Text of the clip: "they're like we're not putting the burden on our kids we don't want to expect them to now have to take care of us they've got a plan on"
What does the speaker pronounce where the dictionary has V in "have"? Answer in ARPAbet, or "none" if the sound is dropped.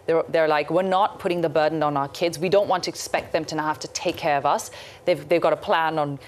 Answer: F